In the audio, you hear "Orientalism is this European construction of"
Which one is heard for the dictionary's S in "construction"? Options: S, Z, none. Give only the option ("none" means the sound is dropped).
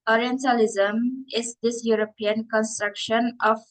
S